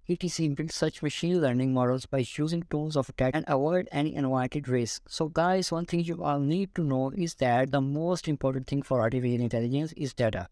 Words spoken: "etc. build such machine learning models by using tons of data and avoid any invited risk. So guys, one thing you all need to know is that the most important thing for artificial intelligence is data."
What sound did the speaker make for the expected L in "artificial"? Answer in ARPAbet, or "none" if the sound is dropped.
N